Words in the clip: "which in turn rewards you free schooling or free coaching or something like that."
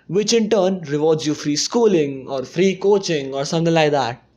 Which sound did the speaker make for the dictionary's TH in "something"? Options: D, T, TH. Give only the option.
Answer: T